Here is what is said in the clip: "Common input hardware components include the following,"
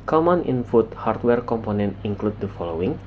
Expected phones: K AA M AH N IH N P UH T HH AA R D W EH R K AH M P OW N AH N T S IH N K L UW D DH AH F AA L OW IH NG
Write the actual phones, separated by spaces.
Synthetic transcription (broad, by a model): K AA M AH N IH N F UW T HH AA R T W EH R K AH M P OW N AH N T IH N K L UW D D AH F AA L OW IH NG